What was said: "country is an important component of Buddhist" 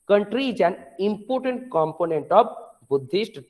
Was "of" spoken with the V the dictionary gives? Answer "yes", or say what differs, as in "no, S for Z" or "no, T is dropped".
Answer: no, B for V